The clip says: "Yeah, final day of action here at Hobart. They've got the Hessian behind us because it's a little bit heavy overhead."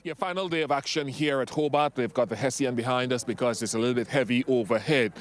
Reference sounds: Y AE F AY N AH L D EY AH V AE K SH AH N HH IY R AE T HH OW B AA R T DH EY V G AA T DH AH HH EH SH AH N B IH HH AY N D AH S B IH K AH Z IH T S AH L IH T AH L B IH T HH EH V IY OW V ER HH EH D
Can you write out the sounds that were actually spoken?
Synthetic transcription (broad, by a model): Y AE F AY N L D EY AH V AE K SH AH N HH IY R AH T HH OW B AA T DH EY V G AA T DH AH HH EH S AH N B IH HH AY N D AH S B IH K AH Z IH T S AH L IH T L B IH T HH EH V IY OW V ER HH EH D